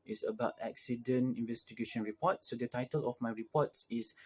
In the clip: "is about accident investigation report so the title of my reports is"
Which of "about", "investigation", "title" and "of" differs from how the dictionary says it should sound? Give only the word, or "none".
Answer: of